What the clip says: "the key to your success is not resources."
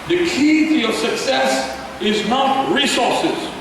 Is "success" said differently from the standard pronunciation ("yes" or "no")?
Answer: no